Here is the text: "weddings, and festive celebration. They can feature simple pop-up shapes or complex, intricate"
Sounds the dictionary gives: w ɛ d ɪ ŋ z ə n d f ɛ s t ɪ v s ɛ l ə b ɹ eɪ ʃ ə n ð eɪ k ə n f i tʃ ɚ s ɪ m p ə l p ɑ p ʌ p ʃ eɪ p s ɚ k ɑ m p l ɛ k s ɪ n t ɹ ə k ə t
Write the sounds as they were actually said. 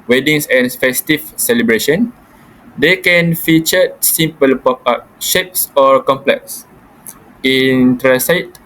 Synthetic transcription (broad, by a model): w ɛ d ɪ ŋ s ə n f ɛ s t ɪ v s ɛ l ə b ɹ eɪ ʃ ə n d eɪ k ə n f i tʃ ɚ s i m p ə l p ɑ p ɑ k ʃ eɪ p s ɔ k ɑ m p l ɛ k s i n t ɹ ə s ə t